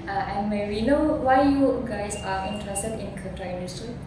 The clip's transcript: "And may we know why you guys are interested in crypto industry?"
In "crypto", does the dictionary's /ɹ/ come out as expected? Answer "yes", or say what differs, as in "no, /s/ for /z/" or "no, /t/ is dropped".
no, /ɹ/ is dropped